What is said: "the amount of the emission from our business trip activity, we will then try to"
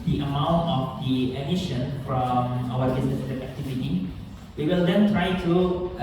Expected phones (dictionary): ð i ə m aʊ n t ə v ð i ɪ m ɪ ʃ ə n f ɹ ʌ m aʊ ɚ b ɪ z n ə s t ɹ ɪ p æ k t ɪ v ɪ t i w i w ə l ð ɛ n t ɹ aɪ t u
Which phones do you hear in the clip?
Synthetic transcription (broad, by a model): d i ə m aʊ n t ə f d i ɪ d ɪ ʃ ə n f ɹ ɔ m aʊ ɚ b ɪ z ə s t ɪ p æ k t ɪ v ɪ t i w i w ə l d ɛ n t ɹ aɪ t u